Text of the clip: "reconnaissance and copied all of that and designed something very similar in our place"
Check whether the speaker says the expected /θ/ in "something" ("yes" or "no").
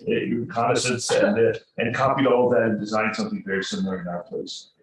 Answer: yes